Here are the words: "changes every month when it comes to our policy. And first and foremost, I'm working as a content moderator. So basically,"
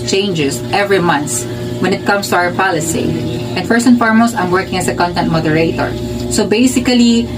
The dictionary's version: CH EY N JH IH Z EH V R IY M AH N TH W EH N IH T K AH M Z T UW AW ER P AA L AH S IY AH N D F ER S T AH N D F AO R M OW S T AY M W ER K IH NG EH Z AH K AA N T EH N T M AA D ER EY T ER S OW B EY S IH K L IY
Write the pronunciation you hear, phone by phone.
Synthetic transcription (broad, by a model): CH EY N JH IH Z EH V R IY M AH N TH W EH N IH T K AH M S T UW AW ER P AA L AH S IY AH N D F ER S AH N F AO R M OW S AY M W ER K IH NG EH S AH K AA N T EH N T M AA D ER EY T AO S OW B EY S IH K L IY